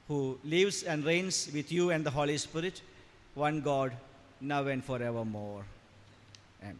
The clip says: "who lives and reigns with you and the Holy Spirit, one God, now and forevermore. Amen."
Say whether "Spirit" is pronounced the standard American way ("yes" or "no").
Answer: yes